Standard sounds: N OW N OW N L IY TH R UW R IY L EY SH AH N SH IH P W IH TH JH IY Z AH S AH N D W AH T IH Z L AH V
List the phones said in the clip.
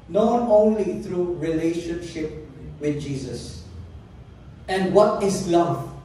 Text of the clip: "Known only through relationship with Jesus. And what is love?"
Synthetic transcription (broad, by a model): N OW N OW N L IY T R UW R IY L EY SH AH N SH IH P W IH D JH IY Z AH S AH N D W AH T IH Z L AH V